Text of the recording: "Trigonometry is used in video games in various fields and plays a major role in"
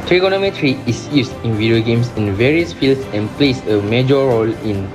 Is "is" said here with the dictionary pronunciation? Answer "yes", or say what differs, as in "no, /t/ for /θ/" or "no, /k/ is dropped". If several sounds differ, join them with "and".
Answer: no, /s/ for /z/